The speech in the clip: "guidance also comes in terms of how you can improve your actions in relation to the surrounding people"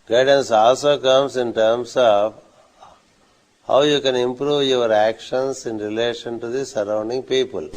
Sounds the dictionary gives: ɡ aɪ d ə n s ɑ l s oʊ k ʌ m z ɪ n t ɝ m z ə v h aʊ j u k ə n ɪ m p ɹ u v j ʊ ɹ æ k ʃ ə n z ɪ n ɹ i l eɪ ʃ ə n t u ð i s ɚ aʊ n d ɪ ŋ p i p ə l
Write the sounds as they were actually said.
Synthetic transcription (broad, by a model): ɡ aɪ d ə n s ɑ l s oʊ k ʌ m s ɪ n t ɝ m s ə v h aʊ j u k ə n ɪ m p ɹ u v j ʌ ɹ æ k ʃ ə n s ɪ n ɹ i l eɪ ʃ ə n t u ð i s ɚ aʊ n d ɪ ŋ p i p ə l